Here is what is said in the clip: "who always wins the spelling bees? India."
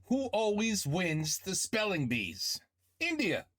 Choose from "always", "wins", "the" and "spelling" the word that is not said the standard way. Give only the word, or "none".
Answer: none